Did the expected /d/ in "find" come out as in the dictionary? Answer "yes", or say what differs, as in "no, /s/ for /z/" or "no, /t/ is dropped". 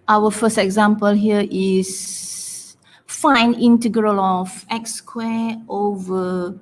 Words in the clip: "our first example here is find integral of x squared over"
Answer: no, /d/ is dropped